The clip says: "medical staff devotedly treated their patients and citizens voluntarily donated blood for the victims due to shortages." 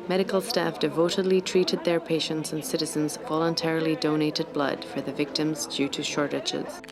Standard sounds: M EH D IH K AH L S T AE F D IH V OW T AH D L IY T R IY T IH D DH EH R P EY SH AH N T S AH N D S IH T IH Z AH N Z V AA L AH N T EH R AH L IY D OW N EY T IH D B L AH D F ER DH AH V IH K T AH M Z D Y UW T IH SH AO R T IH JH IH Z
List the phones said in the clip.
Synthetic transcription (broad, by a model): M EH D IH K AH L S T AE F D IH V OW T AH D L IY T R IY T IH D DH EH R P EY SH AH N T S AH N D S IH T IH Z AH N Z V AA L AH N T EH R AH L IY D OW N EY T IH D B L AH D F ER DH AH V IH K T AH M Z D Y UW T IH SH AO R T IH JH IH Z